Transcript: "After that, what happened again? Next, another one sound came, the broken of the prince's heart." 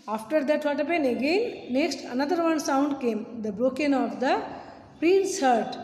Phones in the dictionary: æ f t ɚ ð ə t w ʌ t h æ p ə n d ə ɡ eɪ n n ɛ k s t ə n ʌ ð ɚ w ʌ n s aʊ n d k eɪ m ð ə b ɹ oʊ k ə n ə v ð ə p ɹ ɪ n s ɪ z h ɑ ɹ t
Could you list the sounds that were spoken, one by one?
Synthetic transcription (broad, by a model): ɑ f t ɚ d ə t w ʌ t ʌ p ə n ə ɡ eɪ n n ɛ k s t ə n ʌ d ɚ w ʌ n s aʊ n d k eɪ m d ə b ɹ oʊ k ə n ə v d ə p ɹ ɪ n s h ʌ ɹ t